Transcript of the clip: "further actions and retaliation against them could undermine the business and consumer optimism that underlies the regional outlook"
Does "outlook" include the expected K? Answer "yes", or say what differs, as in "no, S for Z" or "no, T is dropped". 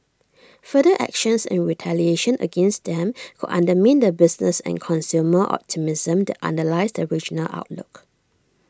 yes